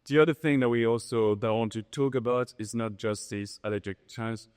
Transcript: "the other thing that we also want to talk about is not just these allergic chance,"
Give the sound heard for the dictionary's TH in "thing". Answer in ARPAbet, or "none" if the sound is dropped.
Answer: TH